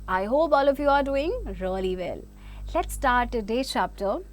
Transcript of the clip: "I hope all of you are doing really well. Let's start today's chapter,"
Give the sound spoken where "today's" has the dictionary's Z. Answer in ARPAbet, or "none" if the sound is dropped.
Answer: none